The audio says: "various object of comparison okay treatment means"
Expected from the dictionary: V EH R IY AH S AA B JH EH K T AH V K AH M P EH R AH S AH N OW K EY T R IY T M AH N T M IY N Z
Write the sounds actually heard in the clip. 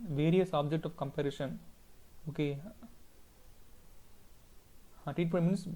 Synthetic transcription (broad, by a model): V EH R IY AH S AA B JH EH K T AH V K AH M P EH R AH SH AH N OW K EY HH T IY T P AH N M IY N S